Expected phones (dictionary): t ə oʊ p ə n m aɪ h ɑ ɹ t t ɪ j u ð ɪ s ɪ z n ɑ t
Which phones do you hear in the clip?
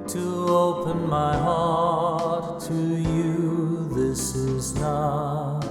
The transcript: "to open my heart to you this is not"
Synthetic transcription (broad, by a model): t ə oʊ p ə n m aɪ h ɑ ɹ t t ɪ j u ð ɪ s ɪ z n ɑ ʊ